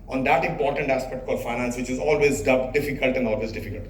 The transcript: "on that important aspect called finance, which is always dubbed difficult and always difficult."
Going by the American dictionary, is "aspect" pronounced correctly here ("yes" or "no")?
yes